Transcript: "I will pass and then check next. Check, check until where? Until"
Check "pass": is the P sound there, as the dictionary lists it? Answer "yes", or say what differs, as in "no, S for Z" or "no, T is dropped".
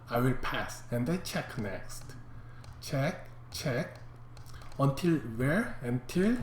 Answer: yes